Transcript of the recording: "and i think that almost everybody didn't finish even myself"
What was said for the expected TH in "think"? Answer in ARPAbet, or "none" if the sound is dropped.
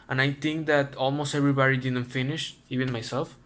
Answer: T